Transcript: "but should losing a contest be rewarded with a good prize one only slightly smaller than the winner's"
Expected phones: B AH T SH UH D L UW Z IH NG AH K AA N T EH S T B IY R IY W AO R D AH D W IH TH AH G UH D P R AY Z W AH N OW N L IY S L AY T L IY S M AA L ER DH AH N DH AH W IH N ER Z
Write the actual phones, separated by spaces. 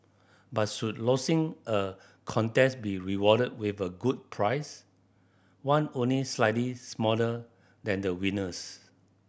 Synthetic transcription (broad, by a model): B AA T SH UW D L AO S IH NG AH K AA N T EH S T B IY R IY W AO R D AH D W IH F AH G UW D P R AY S W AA N OW N L IY S L AY T L IY S M AA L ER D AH N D AH W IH N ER S